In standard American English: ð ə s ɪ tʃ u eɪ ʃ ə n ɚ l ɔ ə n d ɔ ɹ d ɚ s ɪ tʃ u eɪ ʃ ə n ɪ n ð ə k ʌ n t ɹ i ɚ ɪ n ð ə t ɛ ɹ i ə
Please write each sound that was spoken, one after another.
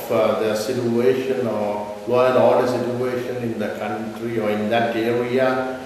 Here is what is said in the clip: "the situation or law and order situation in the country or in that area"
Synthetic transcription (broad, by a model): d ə s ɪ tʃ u eɪ ʃ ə n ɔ l ɔ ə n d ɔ l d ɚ s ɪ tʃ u eɪ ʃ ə n ɪ n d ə k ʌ n t ɹ i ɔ ɪ n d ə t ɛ ɹ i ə